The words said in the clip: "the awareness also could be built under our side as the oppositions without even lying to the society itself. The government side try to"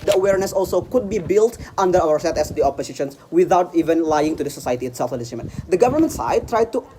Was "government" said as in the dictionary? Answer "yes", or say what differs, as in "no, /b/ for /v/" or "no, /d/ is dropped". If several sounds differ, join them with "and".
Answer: yes